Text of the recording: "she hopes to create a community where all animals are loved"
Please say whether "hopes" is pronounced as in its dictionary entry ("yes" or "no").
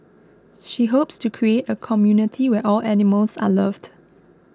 yes